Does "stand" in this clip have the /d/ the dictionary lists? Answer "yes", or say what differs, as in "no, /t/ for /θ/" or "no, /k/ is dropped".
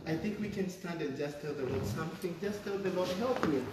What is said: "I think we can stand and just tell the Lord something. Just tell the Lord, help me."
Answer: yes